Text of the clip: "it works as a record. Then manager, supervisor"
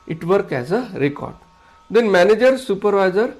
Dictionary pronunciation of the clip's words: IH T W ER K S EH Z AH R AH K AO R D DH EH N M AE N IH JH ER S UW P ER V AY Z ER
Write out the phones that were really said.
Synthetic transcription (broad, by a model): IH T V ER K EH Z AH R AH K AO R D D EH N M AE N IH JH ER S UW P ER V AY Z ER